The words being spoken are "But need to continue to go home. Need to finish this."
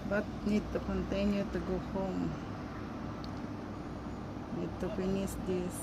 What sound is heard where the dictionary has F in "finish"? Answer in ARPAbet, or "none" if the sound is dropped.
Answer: P